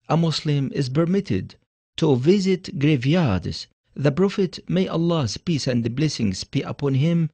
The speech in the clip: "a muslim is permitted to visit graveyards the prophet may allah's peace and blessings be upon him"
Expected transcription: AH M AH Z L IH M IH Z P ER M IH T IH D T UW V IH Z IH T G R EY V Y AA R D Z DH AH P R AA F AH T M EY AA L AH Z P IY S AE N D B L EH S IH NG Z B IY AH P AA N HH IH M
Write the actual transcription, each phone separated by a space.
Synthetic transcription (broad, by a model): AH M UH S L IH M IH Z P ER M IH T IH D T UW V IH Z IH T G R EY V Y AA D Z DH AH P R AA F AH T M EY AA L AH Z P IY S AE N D B L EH S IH NG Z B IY AH P AA N HH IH M